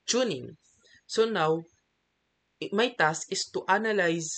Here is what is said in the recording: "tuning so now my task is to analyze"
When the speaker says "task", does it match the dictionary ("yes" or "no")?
no